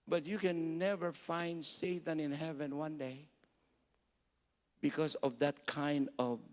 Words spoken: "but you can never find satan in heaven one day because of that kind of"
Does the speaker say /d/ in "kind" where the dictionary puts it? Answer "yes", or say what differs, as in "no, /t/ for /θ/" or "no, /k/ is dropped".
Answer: yes